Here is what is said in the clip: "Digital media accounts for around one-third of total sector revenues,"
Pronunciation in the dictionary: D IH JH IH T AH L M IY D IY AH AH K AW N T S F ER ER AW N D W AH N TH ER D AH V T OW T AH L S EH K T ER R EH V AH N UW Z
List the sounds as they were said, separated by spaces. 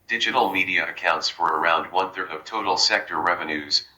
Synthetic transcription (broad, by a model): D IH JH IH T L M IY D IY AH AH K AW N T S F ER ER AW N D W AH N TH ER D AH V T OW T L S EH K T ER R EH V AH N UW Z